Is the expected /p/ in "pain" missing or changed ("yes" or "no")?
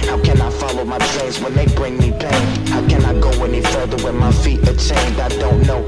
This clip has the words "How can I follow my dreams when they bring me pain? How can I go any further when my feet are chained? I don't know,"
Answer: yes